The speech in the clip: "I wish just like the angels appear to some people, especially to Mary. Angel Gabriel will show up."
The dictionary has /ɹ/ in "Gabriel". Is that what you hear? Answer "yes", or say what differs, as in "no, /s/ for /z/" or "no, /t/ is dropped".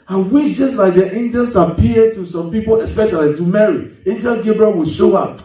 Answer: yes